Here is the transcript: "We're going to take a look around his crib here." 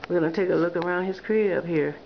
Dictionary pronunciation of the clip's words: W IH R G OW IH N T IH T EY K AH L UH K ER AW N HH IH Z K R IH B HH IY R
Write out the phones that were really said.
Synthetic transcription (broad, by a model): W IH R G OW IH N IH T EY K AH L UH K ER AW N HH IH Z K R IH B HH IY R